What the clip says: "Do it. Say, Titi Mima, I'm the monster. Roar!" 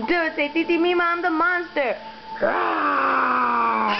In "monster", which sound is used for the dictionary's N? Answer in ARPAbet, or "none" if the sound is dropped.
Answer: none